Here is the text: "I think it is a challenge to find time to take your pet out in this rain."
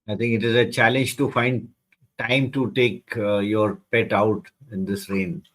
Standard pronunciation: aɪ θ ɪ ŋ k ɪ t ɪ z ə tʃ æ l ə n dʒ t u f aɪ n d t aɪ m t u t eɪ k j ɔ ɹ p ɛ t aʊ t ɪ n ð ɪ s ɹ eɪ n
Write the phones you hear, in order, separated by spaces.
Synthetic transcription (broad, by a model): aɪ t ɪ ŋ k ɪ t ɪ z ə tʃ æ l ə n dʒ t u f aɪ n d t aɪ m t u t eɪ k j ɔ ɹ p ɛ t aʊ t ɪ n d ɪ s ɹ eɪ n